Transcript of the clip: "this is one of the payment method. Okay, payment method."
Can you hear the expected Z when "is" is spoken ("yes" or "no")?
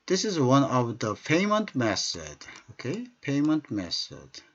yes